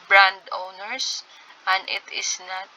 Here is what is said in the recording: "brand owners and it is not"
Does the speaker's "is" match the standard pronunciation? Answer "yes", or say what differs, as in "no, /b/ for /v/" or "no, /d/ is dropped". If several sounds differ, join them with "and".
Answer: no, /s/ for /z/